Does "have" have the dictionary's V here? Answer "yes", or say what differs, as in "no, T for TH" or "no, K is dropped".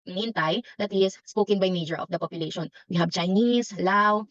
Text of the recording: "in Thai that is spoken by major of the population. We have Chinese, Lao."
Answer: no, B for V